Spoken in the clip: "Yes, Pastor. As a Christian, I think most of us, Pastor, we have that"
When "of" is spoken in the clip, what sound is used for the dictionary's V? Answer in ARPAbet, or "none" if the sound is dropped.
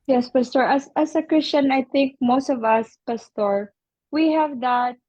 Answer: V